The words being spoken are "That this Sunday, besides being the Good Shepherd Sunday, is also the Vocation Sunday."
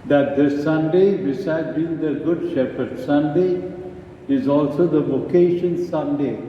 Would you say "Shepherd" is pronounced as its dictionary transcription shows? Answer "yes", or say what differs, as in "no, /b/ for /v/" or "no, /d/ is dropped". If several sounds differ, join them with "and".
yes